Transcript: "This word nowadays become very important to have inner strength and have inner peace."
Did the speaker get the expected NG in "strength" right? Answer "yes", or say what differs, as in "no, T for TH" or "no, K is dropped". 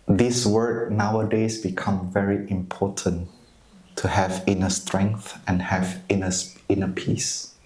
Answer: yes